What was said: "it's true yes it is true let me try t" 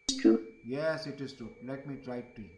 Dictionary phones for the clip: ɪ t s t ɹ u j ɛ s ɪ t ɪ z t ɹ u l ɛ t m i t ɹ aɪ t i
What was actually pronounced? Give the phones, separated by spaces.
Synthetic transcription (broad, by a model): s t u j ɛ s ɪ t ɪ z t u l ɛ t m i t ɹ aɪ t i